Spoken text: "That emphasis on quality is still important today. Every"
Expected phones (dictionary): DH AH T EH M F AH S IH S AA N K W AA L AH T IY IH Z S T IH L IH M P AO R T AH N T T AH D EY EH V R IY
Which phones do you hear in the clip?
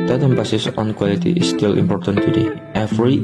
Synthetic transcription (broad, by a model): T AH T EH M P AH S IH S AA N K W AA L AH T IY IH S T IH L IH M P AO R T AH N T T AH D EY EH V R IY